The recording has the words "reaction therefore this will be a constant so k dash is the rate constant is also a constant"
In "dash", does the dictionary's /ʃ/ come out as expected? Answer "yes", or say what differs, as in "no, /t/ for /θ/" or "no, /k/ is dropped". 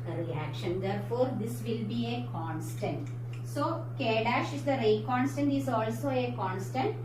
yes